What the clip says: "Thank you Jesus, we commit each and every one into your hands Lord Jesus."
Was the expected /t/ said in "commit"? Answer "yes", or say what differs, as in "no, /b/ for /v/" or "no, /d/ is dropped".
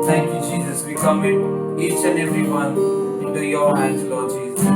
no, /t/ is dropped